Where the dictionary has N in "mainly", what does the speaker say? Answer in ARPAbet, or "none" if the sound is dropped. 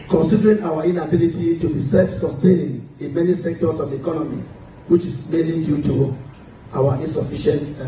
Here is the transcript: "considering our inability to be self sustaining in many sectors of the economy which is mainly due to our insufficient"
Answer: none